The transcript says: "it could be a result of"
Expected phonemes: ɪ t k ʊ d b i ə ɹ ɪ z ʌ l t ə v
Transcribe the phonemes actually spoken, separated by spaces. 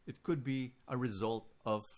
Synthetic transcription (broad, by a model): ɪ t k ʊ d b i ə ɹ ɪ z ʌ l t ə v